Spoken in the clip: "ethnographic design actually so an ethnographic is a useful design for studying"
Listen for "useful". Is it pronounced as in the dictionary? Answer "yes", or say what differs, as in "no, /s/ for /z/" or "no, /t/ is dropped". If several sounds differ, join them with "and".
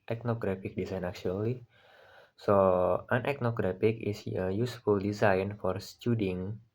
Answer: yes